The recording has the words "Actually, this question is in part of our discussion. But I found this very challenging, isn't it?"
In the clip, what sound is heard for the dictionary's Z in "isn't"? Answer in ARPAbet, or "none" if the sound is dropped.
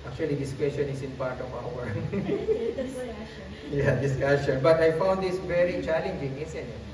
S